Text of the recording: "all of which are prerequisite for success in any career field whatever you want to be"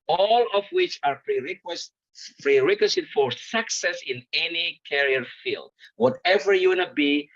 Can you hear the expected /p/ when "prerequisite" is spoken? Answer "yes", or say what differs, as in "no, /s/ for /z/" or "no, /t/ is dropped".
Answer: no, /f/ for /p/